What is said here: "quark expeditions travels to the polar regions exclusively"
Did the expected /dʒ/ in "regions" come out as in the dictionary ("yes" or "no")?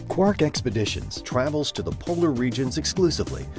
yes